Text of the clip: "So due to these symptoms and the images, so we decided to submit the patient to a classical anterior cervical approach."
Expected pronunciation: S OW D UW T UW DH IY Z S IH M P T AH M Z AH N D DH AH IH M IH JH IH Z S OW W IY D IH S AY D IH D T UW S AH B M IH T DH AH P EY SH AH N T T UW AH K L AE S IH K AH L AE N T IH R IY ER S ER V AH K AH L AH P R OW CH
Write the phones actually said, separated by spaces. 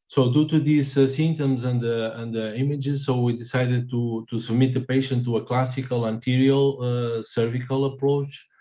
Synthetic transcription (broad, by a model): S OW D UW T UW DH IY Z S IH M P T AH M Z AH N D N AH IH M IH JH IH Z S OW W IY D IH S AY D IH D T UW S AH B M IH T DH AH P EY SH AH N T T UW AH K L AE S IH K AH L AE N T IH R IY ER S ER V AH K AH L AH P R OW CH